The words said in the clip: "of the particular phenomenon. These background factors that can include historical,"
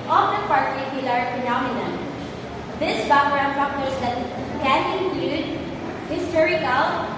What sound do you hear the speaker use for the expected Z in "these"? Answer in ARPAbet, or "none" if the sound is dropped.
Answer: S